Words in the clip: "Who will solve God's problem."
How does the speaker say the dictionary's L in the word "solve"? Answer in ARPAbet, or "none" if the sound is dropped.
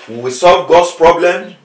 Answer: L